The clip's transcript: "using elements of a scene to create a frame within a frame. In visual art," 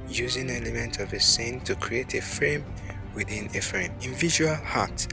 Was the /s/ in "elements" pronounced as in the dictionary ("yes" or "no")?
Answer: no